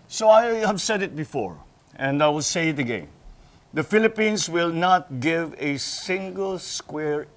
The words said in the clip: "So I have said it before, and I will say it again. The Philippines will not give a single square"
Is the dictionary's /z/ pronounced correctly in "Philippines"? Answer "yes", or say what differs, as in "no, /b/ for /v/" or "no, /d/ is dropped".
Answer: no, /s/ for /z/